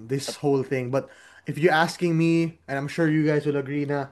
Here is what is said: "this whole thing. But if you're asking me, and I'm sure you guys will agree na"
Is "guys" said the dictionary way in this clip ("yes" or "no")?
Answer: no